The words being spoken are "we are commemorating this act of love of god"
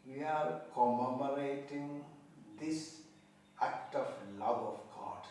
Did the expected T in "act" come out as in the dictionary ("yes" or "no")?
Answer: yes